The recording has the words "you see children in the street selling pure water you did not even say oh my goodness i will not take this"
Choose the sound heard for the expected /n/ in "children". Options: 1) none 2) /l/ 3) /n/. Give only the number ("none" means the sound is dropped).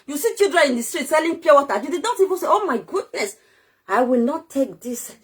1